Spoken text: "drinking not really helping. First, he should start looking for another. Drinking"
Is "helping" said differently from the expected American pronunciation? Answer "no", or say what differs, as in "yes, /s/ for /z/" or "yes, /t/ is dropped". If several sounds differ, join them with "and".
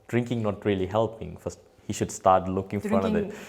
no